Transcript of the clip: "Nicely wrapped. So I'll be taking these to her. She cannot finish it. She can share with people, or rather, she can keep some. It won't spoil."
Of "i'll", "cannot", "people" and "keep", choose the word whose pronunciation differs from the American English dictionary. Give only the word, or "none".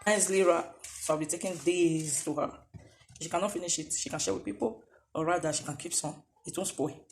i'll